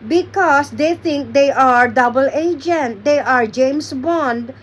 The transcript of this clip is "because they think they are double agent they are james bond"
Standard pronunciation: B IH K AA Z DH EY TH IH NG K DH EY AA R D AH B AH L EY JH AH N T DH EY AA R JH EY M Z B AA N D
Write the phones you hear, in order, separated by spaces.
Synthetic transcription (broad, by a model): B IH K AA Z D EY T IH NG K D EY AA R D AH B AH L EY JH AH N T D EY AA R JH EY M S B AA N D